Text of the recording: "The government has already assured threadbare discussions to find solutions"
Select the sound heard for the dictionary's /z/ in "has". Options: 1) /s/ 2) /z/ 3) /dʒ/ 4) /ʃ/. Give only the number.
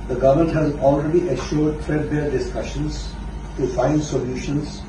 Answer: 2